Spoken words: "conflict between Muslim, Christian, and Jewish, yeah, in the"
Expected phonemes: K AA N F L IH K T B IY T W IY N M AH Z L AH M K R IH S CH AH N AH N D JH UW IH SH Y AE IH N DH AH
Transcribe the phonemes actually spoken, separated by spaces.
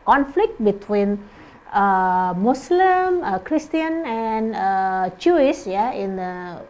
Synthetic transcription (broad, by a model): K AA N F L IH K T B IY T W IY N M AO S L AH M K R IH S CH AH N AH N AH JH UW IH S Y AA IH N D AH